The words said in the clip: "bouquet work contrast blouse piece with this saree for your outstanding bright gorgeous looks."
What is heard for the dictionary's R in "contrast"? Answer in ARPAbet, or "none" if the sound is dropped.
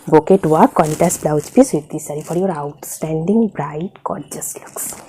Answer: none